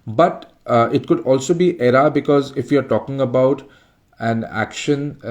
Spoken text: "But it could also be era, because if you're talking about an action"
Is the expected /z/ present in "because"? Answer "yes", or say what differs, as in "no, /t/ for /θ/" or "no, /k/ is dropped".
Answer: yes